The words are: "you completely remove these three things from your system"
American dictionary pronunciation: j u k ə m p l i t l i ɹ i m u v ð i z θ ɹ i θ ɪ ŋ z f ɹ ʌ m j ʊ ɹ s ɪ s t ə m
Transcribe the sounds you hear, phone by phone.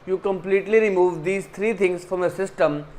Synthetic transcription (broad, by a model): j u k ə m p l i t l i ɹ i m u v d i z t ɹ i t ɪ ŋ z f ɹ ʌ m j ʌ s ɪ s t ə m